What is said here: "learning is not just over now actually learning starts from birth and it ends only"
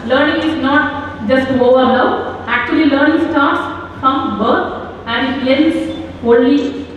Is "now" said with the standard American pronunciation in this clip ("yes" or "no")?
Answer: no